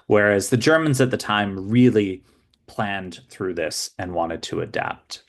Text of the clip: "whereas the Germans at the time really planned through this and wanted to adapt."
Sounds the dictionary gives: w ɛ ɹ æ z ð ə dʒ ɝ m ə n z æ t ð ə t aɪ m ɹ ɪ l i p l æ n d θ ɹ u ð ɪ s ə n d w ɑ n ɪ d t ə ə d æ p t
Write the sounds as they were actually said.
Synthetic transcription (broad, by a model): w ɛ ɹ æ z ð ə dʒ ɝ m ə n z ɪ t ð ə t aɪ m ɹ ɪ l i p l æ n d θ ɹ u ð ɪ s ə n w ɑ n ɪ d t ə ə d æ p t